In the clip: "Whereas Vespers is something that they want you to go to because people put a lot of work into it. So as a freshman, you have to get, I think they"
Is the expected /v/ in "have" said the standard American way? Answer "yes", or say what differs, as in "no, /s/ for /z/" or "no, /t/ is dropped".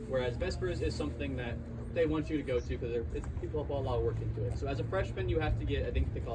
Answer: no, /f/ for /v/